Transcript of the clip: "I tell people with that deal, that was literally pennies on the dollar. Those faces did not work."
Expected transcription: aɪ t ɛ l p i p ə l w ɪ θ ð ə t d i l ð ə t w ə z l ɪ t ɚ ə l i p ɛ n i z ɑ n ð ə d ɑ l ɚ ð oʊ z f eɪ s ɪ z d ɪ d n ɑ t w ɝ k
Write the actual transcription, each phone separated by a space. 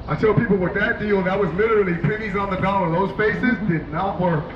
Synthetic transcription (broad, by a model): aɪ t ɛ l p i p l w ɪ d ð ə t d i l ð ə t w ə z l ɪ t ɚ l i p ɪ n i z n ð ə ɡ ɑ n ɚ ð oʊ z f eɪ s ɪ z d ɪ d n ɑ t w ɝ